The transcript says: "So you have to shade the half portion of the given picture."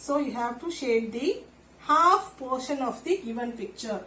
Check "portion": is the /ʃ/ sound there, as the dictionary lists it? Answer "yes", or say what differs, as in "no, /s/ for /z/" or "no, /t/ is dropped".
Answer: yes